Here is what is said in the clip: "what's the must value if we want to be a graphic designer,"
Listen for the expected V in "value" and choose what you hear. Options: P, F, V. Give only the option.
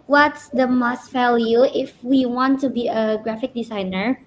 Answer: F